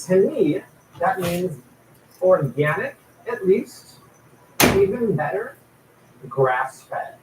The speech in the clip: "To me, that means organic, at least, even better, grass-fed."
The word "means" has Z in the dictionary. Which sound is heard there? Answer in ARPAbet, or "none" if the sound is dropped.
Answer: Z